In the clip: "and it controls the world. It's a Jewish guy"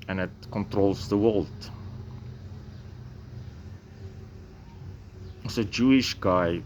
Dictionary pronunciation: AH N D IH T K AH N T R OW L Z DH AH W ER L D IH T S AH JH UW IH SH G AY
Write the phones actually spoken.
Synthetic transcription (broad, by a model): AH N IH T K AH N T R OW L S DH AH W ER L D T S AH JH UW IH SH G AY